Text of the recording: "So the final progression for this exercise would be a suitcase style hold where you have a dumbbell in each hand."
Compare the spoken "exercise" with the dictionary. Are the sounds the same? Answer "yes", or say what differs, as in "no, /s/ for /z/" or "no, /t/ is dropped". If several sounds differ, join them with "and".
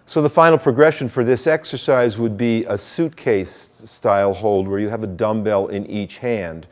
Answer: yes